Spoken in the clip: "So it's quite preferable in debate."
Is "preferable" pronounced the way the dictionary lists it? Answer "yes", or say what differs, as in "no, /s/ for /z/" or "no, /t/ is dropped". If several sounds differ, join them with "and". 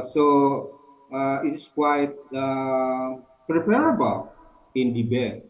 no, /p/ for /f/